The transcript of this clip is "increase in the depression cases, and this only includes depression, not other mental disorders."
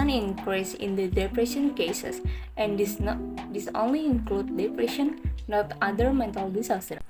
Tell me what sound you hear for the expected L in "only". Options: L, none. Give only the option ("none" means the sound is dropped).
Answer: L